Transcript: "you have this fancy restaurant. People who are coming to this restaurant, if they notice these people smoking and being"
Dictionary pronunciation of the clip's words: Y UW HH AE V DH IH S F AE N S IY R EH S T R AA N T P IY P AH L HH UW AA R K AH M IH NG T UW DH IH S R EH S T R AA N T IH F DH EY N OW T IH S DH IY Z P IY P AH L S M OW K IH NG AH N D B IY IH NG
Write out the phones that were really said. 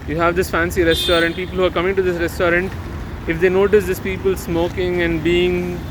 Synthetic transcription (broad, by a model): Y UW HH AE V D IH S F AE N S IY R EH S T R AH N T P IY P AH L HH UW AA R K AH M IH NG T UW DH IH S R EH S T R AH N T IH F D EY N OW T IH S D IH S P IY P AH L S M OW K IH NG AH N D B IY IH NG